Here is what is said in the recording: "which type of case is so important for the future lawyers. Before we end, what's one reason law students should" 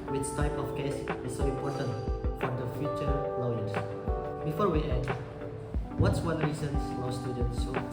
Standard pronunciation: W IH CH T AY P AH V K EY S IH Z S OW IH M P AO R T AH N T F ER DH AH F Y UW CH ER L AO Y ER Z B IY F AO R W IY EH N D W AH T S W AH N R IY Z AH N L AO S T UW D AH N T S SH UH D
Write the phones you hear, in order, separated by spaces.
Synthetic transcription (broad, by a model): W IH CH T AY P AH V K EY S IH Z S OW IH M P AO R T AH N T F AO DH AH F Y UW CH ER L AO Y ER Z B IY F AO R W IY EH D W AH T S W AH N R IY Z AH N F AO S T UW D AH N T S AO